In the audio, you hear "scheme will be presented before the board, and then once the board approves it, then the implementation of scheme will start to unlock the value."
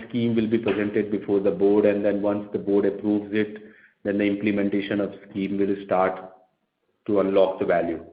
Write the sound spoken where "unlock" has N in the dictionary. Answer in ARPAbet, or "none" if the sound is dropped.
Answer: N